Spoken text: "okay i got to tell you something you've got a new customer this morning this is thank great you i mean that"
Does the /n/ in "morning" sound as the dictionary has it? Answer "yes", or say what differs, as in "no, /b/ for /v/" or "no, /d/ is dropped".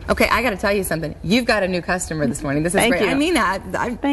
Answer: yes